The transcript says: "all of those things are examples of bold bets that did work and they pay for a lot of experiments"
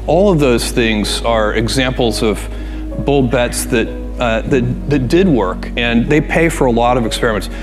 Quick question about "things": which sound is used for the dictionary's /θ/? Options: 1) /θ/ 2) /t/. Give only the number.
1